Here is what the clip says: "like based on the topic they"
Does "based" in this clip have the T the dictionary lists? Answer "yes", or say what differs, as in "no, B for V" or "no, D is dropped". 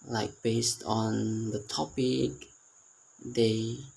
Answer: yes